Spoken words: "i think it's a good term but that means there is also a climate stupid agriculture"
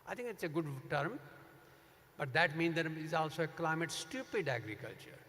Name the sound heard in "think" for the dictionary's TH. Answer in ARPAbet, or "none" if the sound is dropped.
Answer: T